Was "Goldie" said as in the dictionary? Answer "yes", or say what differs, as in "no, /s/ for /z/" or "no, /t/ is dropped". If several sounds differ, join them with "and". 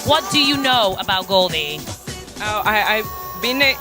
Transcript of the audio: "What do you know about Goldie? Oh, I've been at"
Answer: yes